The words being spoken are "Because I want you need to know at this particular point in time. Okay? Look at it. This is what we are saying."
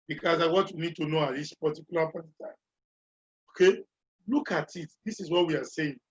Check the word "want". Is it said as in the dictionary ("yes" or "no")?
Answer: no